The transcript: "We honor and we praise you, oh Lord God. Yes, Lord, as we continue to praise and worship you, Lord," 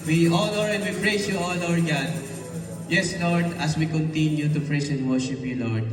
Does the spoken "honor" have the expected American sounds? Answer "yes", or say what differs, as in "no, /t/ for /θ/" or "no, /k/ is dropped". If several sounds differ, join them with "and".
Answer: no, /l/ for /n/